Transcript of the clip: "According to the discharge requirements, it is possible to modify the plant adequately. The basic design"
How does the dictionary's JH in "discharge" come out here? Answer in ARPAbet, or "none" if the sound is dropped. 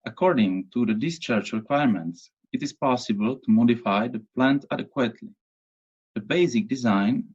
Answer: CH